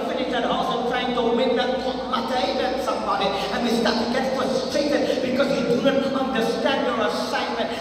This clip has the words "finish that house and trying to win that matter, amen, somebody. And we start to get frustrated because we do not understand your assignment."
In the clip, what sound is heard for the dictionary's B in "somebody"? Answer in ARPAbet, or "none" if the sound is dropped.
B